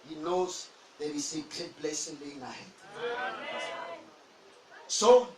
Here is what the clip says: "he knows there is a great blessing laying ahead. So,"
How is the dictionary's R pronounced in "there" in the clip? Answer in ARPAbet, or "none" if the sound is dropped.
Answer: W